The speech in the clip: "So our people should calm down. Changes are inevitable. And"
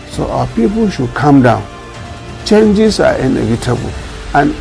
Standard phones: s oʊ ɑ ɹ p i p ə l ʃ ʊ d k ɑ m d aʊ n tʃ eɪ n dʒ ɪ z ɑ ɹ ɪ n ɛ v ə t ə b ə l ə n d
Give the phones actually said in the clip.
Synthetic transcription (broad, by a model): s oʊ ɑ p i p ə l ʃ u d k ɑ m d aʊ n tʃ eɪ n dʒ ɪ s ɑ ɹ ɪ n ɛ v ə t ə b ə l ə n